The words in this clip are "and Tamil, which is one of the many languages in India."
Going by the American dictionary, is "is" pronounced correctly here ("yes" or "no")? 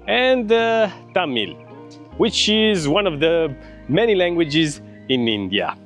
yes